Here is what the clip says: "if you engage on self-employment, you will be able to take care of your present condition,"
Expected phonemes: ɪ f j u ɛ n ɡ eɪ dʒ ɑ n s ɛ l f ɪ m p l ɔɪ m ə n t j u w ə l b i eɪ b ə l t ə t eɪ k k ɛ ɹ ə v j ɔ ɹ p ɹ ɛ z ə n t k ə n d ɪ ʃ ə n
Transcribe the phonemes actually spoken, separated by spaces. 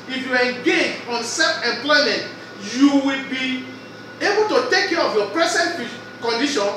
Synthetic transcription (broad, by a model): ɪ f j u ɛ ɡ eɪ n ɑ n s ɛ f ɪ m p l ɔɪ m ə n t j u w ə l b i eɪ b ə l t ə t eɪ k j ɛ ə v j ɔ p ɹ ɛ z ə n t k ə n d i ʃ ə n